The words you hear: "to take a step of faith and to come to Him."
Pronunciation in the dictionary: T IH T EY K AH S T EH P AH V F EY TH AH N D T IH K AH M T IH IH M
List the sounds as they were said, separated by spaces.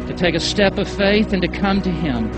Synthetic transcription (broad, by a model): T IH T EY K AH S T EH P AH V F EY TH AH N T IH K AH M T IH IH M